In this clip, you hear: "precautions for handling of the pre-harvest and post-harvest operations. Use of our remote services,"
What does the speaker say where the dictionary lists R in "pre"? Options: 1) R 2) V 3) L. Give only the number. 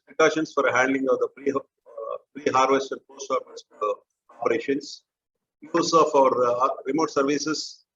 3